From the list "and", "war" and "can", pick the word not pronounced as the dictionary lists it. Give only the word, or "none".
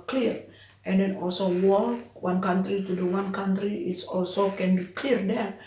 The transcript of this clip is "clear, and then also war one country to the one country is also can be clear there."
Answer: war